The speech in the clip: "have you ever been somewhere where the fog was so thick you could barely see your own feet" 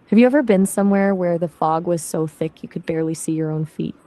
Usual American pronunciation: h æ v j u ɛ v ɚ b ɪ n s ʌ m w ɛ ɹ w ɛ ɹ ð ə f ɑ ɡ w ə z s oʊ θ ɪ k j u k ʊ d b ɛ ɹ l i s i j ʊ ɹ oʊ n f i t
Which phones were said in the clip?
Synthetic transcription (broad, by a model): h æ v j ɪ ɛ v ɚ b ɪ n s ʌ m w ɛ ɹ w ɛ ɹ ð ə f ɑ ɡ w ə z s oʊ θ ɪ k j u k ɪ d b ɛ ɹ l i s i j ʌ ɹ oʊ n f i t